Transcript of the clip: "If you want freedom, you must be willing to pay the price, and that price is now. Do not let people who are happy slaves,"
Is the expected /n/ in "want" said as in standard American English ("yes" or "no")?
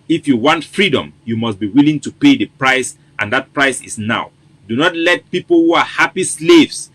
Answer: yes